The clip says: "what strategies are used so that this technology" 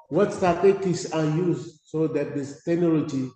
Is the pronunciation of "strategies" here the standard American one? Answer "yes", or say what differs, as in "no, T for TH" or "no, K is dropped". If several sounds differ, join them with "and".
no, R is dropped and S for Z